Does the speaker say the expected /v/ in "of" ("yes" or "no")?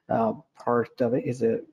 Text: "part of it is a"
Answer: yes